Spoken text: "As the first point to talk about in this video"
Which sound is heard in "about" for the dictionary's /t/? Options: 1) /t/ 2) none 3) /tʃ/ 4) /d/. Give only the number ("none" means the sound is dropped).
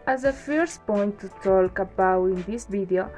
2